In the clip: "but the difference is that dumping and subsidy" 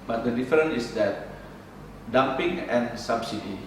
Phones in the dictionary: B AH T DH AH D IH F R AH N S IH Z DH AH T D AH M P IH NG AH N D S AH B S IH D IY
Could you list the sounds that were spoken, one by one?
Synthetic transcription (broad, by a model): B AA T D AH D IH F R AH N IH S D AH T D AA M P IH NG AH N S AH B S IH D IY